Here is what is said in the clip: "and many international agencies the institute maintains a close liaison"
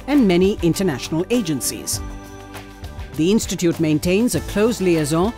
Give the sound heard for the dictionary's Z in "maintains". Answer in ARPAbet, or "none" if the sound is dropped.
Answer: Z